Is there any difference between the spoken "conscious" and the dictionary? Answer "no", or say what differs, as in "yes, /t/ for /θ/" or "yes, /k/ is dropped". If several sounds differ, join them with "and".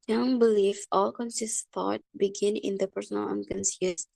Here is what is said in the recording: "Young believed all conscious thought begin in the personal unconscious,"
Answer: yes, /s/ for /ʃ/